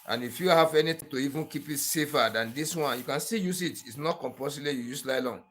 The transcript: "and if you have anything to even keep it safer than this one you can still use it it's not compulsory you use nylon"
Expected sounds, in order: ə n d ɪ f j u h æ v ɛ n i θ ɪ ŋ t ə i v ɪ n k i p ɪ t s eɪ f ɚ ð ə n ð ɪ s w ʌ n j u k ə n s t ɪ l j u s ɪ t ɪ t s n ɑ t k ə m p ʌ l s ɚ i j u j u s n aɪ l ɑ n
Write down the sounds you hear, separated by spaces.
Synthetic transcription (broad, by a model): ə n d ɪ f j u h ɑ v ɛ n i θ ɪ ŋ t ə i v ɪ n k i p ɪ t s eɪ f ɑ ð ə n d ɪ s w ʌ n j u k ə n s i j u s ɪ t ɪ t s n ɑ t k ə m p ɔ s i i j u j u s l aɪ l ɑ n